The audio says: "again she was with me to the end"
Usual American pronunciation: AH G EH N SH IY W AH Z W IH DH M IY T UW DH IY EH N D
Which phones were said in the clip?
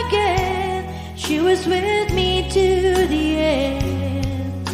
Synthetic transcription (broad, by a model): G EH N SH IY W AH Z W IH DH M IY T UW DH IY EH